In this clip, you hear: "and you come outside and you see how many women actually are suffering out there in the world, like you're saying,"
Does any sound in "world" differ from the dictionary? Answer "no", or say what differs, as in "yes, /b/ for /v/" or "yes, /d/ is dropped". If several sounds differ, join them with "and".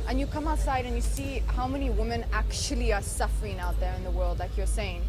no